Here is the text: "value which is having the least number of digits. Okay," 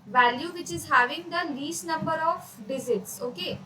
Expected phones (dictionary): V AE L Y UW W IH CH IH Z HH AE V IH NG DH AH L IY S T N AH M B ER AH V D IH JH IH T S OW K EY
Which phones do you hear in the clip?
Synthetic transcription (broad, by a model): V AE L Y UW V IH CH IH Z HH AE V IH NG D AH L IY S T N AH M B ER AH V D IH Z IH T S OW K EY